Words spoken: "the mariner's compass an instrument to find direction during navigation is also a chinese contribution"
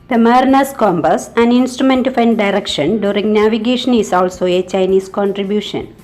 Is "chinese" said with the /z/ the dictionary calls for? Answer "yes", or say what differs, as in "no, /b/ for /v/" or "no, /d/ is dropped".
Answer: no, /s/ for /z/